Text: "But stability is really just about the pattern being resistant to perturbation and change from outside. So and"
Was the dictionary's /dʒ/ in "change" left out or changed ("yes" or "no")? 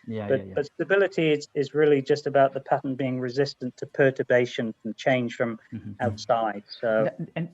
yes